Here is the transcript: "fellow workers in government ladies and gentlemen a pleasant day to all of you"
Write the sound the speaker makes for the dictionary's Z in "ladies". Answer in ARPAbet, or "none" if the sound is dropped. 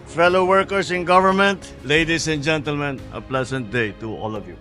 S